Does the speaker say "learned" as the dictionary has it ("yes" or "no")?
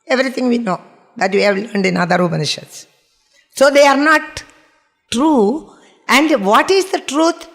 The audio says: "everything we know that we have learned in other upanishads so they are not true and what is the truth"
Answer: yes